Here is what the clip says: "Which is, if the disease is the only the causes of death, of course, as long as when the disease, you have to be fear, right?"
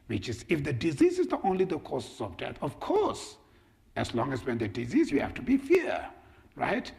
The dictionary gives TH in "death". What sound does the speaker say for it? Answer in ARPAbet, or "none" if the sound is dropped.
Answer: T